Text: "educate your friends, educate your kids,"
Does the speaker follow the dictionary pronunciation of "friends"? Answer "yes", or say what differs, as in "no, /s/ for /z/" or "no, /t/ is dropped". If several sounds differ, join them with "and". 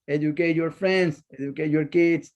no, /s/ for /z/